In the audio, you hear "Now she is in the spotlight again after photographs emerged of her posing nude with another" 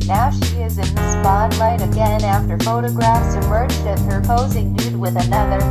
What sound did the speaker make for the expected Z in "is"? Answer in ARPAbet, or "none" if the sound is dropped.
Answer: Z